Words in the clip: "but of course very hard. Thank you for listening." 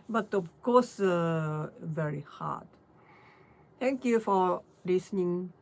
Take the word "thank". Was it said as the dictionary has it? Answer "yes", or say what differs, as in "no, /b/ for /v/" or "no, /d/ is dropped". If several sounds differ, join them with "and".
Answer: no, /t/ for /θ/